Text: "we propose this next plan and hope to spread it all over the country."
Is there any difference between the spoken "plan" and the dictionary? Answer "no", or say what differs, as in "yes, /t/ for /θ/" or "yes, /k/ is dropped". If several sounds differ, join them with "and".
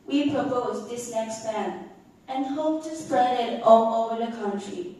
yes, /l/ is dropped